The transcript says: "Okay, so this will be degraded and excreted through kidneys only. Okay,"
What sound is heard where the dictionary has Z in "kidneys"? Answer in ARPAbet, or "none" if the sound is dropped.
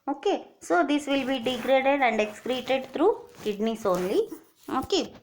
S